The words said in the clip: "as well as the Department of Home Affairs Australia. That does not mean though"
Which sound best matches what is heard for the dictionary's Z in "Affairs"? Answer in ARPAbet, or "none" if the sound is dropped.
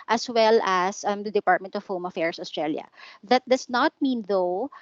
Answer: S